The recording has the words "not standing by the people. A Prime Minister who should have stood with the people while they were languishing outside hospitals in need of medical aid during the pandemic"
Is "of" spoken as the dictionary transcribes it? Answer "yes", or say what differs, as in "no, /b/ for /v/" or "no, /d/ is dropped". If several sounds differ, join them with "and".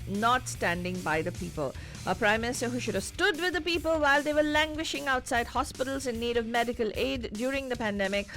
yes